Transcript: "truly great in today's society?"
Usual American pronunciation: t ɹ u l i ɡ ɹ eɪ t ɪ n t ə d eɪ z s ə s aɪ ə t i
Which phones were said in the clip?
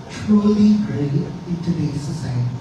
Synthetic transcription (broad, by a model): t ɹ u l i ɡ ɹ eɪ ɪ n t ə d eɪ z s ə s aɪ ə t